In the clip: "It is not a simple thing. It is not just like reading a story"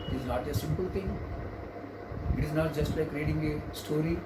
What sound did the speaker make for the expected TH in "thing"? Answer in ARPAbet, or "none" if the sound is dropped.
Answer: T